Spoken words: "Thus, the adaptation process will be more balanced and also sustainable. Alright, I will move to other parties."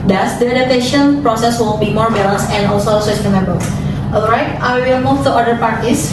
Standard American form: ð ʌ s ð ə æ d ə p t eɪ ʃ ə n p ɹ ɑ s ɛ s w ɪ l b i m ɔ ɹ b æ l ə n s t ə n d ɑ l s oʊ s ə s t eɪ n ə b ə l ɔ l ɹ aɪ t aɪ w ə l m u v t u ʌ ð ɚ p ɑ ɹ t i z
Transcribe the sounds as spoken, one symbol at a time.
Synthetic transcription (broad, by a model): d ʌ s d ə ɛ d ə t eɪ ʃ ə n p ɹ ɑ s ɛ s w ɪ l b i m ɔ ɹ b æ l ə n s ə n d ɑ l s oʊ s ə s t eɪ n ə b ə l ɔ l ɹ aɪ t aɪ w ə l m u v t u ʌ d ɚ p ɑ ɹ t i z